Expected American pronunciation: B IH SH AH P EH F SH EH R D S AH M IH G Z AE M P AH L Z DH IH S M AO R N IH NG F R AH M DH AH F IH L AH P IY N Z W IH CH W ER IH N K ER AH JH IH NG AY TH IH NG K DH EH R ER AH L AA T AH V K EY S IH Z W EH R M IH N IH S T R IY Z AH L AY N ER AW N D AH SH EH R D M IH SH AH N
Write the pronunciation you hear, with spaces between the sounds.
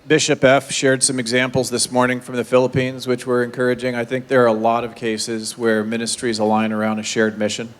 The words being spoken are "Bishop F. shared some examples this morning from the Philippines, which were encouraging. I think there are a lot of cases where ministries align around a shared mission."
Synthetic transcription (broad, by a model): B IH SH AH P EH F SH EH R D S AH M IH G Z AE M P L Z DH IH S M AO R N IH NG F R AH M DH AH F IH L AH P IY N Z W IH CH W ER IH N K ER AH JH IH NG AY TH IH NG K DH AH R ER AH L AA T AH V K EY S IH Z W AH R M IH N IH S T R IY Z AH L AY N ER AW N D AH SH EH R D M IH SH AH N